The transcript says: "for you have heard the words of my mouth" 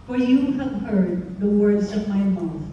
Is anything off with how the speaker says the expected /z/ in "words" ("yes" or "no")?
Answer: no